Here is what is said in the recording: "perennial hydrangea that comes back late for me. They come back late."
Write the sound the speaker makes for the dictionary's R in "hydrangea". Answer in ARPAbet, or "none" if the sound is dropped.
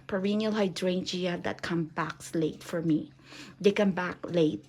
R